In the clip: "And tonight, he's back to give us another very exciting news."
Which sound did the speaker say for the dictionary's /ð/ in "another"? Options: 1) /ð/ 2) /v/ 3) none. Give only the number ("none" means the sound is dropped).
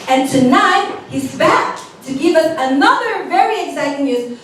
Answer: 1